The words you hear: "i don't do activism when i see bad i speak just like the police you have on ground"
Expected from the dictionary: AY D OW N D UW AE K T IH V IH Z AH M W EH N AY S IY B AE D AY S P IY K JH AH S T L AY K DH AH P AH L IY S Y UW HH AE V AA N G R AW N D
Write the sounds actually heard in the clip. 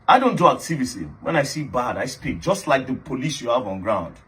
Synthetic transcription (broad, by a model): AY D OW N D UW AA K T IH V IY S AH W EH N AY S IY B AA D AY S P IY K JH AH S T L AY K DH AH P AH L IY S Y UW HH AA V AA N G R AW N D